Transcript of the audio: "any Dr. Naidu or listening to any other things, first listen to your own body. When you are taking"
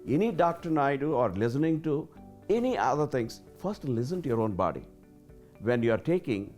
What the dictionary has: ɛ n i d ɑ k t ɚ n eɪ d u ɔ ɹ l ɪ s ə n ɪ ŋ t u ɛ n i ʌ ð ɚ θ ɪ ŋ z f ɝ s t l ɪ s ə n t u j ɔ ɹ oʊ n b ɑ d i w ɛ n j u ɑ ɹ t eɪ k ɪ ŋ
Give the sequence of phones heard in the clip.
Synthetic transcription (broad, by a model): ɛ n i d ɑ k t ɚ n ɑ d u ɔ ɹ l ɪ s ə n ɪ ŋ t u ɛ n i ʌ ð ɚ t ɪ ŋ s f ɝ s t l ɪ s ə n t u j ɔ ɹ oʊ n b ɑ d i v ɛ n j u ɑ ɹ t eɪ k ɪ ŋ